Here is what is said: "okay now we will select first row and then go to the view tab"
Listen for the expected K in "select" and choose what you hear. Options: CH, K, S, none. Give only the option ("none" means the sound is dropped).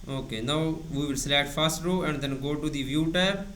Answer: none